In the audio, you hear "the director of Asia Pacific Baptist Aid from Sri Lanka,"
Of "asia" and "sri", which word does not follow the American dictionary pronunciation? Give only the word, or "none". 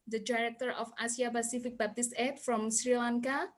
asia